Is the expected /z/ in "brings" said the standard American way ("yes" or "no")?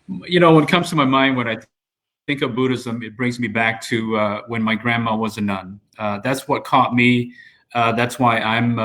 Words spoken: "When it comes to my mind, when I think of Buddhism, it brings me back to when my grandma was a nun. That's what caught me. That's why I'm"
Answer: yes